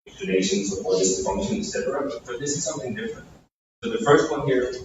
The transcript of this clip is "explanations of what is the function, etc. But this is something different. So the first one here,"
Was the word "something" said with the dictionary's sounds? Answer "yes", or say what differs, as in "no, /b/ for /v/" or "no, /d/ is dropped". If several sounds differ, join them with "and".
yes